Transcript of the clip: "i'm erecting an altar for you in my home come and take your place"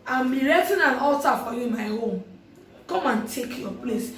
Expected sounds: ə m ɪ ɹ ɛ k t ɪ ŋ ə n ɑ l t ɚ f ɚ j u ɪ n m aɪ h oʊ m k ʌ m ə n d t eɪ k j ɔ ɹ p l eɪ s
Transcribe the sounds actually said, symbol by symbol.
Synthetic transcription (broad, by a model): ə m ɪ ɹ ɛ t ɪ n ə n ɑ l t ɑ f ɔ j u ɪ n m aɪ h oʊ m k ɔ m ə n t eɪ k j ɔ p l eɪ s